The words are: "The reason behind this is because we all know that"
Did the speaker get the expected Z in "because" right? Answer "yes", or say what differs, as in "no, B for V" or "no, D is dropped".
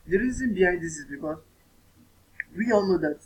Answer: no, Z is dropped